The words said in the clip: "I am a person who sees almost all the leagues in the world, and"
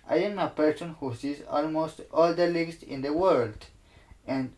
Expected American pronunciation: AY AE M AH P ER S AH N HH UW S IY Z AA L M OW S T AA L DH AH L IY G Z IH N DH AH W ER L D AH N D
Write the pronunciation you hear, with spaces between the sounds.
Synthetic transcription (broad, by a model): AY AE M AH P ER S AH N HH UW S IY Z AA L M OW S T AA L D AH L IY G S IH N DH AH W ER L D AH N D